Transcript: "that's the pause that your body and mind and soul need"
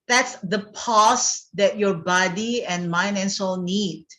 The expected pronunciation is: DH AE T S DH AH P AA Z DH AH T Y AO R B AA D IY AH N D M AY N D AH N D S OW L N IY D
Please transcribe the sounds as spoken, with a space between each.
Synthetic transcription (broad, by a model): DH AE T S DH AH P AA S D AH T Y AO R B AA D IY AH N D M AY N AH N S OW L N IY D